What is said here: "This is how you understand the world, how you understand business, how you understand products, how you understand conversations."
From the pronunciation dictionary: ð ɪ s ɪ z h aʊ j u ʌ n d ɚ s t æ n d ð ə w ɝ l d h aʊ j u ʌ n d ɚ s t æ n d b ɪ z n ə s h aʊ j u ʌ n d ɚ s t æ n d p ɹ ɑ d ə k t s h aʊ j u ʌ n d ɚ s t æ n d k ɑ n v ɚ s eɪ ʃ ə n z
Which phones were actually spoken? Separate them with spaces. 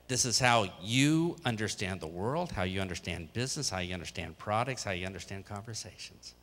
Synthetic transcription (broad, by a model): ð ɪ s ɪ z h aʊ j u ʌ n d ɚ s t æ n ð ə w ɝ l d h aʊ j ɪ ʌ n d ɚ s t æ n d b ɪ z n ə s h aʊ j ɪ ʌ n d ɚ s t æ n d p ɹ ɑ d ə k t s h aʊ j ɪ ʌ n d ɚ s t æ n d k ɑ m v ɚ s eɪ ʃ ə n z